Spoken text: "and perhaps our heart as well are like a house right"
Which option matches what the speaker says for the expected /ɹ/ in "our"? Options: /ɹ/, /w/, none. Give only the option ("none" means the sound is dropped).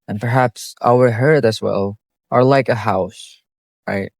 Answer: /w/